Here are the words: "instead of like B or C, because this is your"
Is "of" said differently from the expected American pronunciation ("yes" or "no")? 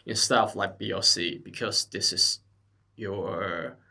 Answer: yes